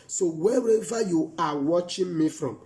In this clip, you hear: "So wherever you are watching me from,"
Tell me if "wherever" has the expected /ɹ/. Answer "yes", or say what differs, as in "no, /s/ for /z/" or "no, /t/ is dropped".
no, /w/ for /ɹ/